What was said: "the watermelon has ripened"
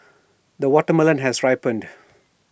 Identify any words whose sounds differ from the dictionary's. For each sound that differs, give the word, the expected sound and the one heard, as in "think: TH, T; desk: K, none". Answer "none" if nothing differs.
none